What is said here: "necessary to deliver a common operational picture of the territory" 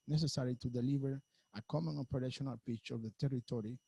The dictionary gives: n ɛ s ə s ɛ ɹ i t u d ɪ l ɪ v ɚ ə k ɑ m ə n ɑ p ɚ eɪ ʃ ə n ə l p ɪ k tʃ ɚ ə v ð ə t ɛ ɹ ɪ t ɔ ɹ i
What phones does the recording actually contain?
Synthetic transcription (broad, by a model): n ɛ s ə s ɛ ɹ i t u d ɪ l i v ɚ ə k ɑ m ə n ɑ p ɚ eɪ ʃ ə n ə l p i tʃ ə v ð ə t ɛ ɹ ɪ t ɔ ɹ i